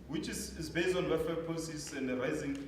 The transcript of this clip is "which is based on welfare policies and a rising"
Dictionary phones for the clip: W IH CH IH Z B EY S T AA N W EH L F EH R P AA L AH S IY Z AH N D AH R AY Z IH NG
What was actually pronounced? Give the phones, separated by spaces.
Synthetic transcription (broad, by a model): W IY CH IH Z B EY S T AA N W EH F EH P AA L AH S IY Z AH N D AH R AY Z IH NG